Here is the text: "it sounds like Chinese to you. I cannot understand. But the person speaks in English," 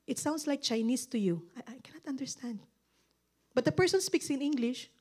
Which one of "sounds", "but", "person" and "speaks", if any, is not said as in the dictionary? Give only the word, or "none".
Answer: sounds